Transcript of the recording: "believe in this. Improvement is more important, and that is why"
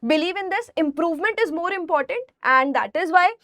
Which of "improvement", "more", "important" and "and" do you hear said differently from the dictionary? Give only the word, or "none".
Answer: none